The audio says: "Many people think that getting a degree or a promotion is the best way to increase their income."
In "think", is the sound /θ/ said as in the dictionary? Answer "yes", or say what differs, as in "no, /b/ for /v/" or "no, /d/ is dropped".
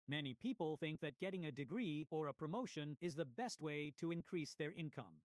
yes